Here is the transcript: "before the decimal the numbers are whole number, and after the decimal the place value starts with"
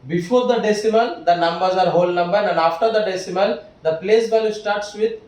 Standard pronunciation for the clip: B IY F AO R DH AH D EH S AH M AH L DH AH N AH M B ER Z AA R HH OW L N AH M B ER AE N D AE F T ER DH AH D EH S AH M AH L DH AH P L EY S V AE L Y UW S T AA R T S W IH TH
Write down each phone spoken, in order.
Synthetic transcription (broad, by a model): B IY F AO R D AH D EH S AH M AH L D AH N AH M B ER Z AA R HH OW L N AH M B ER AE N D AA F T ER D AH D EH S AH M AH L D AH P L EY S B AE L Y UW S T AA R T S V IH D